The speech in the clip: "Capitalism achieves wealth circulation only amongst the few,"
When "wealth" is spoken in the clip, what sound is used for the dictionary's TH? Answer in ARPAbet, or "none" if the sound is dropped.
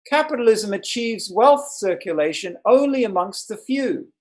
TH